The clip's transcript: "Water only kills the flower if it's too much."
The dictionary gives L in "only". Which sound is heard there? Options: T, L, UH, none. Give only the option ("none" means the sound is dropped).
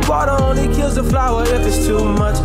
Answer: none